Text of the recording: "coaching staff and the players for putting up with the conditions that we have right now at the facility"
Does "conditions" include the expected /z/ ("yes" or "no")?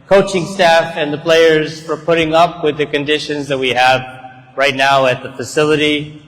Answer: yes